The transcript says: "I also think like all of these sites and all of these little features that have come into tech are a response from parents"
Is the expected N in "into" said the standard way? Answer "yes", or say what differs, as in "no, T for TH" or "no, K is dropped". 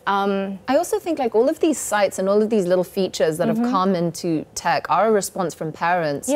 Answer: yes